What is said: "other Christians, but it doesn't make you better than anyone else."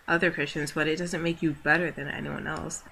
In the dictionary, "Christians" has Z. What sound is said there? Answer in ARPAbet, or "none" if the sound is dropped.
Z